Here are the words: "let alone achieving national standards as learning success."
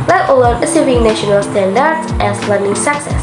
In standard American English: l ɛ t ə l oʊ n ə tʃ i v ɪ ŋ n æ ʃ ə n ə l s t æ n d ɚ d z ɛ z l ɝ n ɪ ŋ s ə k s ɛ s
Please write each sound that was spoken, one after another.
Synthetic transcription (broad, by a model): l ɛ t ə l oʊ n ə s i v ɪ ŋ n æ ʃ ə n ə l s t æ n d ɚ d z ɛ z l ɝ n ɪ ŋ s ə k s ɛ s